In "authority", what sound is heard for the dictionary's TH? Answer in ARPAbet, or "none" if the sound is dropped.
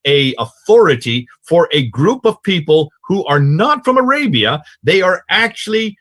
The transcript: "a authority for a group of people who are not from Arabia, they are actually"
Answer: TH